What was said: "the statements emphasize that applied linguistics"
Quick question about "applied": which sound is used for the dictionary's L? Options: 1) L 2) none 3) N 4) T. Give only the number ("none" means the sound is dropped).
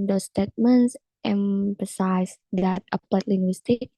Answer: 2